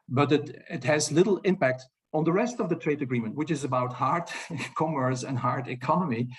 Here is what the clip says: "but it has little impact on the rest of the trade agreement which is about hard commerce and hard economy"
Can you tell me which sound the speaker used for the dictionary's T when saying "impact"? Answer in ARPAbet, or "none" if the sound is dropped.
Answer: T